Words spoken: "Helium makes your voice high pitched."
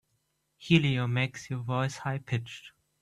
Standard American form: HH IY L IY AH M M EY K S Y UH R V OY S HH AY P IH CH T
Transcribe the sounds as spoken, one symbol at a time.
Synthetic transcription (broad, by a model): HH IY L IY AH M M EY K S Y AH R V OY S HH AY P IH CH T